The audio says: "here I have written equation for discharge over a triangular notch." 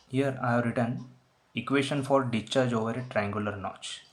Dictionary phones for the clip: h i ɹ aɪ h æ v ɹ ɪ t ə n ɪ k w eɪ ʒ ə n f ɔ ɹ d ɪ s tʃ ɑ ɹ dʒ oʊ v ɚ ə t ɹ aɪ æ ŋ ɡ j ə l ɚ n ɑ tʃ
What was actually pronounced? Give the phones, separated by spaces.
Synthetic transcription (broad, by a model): h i ɹ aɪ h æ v ɹ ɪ t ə n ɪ k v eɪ ʃ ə n f ɔ ɹ d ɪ tʃ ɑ ɹ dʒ oʊ v ɚ ə t ɹ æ ŋ ɡ j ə l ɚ n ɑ tʃ